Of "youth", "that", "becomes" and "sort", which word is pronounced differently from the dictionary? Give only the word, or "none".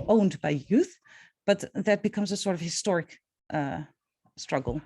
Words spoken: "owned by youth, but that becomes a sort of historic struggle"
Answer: none